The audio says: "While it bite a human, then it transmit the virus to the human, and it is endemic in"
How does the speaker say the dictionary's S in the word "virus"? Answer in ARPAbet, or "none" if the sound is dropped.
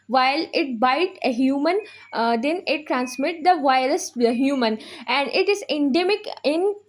none